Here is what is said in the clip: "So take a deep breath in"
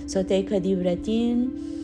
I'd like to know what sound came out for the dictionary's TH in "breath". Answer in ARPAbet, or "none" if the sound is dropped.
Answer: T